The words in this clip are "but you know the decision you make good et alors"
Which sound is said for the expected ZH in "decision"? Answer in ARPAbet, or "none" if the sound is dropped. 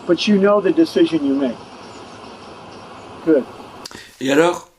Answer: ZH